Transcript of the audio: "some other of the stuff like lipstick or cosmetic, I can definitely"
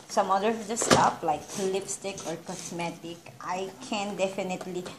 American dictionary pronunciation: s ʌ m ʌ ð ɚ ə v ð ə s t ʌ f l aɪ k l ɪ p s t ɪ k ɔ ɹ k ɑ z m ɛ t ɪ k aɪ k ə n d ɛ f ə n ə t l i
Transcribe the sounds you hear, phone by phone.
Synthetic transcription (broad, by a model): s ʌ m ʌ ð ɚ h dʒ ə s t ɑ p l aɪ k l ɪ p s t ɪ k ɔ ɹ k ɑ s m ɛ t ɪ k aɪ k ə n d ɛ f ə n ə t l i